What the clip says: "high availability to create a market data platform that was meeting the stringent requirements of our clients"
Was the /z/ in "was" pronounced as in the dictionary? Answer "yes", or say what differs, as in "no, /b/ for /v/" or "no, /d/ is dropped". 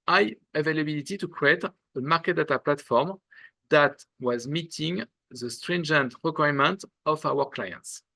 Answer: yes